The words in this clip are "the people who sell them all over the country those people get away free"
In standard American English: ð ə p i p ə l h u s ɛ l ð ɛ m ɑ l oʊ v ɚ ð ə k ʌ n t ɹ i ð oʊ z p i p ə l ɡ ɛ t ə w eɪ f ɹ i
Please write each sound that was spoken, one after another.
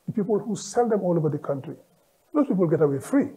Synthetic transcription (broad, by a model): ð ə p i p ə l h u s ɛ l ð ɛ m ɑ l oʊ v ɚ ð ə k ʌ n t ɹ i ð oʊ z p i p ə l ɡ ɛ t ə w eɪ f ɹ i